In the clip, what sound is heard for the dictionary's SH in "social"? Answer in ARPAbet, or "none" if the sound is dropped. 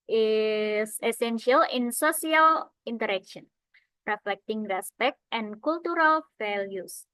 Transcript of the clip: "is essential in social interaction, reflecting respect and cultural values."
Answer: S